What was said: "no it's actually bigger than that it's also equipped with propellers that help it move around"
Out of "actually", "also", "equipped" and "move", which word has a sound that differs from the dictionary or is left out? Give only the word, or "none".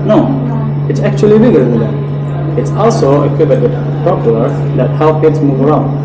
equipped